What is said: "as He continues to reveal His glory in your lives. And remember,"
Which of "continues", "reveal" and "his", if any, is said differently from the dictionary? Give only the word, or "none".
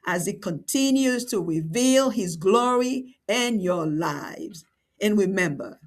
none